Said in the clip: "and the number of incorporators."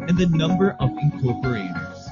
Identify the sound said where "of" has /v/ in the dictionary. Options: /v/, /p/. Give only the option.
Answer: /v/